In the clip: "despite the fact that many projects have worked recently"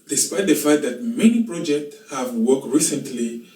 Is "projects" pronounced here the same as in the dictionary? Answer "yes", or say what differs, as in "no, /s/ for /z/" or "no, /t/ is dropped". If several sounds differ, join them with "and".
yes